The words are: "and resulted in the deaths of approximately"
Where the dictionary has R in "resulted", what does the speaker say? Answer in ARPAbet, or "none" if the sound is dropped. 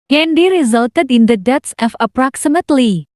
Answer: R